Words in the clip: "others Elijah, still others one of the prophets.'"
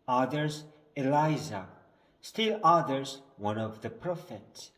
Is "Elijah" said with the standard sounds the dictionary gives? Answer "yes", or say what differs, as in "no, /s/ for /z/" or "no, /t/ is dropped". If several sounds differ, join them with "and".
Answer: no, /z/ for /dʒ/